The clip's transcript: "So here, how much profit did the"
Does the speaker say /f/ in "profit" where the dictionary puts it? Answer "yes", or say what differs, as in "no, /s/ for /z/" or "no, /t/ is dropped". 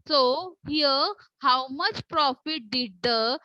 yes